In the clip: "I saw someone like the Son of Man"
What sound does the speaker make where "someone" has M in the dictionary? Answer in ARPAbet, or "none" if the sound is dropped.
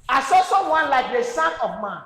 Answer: none